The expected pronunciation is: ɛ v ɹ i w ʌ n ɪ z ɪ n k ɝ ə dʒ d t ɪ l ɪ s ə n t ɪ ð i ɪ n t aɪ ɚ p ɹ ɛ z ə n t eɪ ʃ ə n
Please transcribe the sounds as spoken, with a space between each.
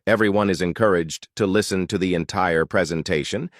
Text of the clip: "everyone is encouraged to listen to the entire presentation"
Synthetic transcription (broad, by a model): ɛ v ɹ i w ʌ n ɪ z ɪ n k ɝ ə dʒ t ɪ l ɪ s ə n t ɪ ð i ɪ n t aɪ ɚ p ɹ ɛ z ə n t eɪ ʃ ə n